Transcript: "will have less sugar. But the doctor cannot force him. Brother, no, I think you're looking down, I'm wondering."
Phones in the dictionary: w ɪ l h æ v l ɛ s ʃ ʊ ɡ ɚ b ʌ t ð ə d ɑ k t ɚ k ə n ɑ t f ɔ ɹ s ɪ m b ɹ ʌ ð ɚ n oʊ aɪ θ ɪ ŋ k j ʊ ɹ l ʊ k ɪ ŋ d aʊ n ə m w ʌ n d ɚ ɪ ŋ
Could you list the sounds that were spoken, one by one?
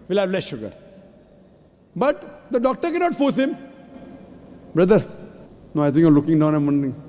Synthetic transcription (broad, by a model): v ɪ l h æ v l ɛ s ʃ ʊ ɡ ɚ b ʌ t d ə d ɑ k t ɚ k ə n ɑ t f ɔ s ɪ m b ɹ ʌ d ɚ n oʊ aɪ t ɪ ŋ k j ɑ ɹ l ʊ k ɪ ŋ d aʊ n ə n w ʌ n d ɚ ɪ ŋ